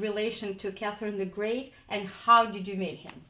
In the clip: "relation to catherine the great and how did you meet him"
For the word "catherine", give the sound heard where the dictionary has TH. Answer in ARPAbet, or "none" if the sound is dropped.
TH